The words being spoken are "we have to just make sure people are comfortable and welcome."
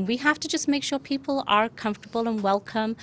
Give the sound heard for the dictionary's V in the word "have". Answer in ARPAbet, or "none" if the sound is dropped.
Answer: F